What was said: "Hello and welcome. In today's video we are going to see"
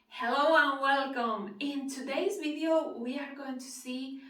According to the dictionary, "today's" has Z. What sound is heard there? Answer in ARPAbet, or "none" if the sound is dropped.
Z